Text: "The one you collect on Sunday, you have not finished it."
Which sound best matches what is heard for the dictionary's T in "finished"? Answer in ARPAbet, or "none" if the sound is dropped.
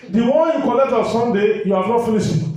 none